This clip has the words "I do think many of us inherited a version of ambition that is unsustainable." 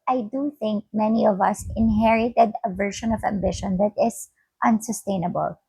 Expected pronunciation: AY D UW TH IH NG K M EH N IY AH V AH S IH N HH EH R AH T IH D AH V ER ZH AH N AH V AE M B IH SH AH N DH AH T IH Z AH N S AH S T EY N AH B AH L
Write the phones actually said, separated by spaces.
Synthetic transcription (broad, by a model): AY D UW TH IH NG K M EH N IY AH V AH S IH N HH EH R AH T IH D AH V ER SH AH N AH V AE M B IH SH AH N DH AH T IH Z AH N S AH S T EY N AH B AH L